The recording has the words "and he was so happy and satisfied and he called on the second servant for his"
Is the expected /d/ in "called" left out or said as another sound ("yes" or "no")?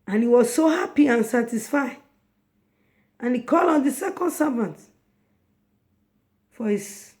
yes